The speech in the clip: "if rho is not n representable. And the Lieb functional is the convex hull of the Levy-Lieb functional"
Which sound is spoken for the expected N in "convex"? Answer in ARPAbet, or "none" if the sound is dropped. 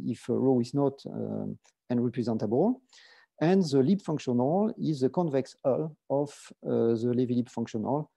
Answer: N